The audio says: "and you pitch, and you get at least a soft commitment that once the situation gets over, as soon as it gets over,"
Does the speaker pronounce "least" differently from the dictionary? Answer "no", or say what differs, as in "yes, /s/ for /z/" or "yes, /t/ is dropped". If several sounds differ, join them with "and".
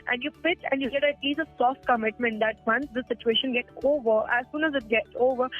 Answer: yes, /t/ is dropped